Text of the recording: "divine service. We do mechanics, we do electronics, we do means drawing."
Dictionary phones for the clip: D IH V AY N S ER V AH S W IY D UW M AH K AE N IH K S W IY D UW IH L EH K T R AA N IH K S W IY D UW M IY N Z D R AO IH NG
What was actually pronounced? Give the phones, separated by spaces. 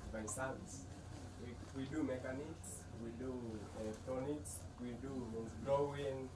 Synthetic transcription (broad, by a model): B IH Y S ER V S W IY D UW M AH K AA N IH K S W IY D UW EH T AA N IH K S W IY D UW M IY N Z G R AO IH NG